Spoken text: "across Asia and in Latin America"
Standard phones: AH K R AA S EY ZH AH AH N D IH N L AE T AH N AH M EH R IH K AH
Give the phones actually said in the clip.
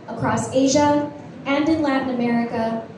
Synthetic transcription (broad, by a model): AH K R AA S EY ZH AH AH N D IH N L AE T N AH M EH R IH K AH